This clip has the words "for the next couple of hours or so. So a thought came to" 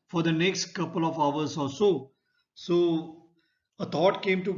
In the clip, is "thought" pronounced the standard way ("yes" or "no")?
no